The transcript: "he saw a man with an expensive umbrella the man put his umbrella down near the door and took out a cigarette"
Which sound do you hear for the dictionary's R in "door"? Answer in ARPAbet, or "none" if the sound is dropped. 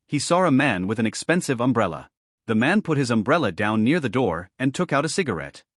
R